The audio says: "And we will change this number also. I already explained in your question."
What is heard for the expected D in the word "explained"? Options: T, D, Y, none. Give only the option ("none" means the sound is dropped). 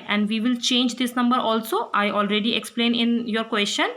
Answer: none